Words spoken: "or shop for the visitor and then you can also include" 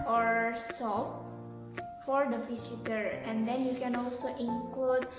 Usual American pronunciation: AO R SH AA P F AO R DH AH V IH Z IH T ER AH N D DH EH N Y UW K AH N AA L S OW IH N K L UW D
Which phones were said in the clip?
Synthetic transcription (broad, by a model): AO R S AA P F AO R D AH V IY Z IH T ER AH N D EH N Y UW K AH N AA L S OW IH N K L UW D